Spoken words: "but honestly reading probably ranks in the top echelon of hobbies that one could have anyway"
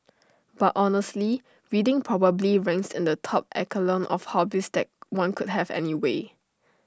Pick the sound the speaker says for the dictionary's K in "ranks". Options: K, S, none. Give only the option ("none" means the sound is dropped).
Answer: none